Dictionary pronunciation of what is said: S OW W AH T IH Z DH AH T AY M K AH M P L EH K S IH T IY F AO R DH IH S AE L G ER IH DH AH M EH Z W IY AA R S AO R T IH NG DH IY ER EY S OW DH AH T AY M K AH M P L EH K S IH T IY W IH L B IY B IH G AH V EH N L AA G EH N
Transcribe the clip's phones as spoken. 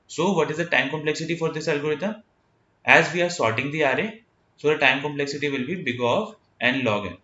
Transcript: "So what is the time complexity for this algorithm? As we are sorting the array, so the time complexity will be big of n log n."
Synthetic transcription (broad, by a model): S OW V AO T IH Z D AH T AY M K AH M P L EH K S IH T IY F AO R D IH S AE L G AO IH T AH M EH Z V IY AA R S AO R T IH NG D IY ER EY S OW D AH T AY M K AH M P L EH K S IH T IY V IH L B IY B IH G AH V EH N L AA G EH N